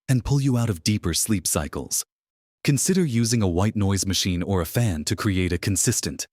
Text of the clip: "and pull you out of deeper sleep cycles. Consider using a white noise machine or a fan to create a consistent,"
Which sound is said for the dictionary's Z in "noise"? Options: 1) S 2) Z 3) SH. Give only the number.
2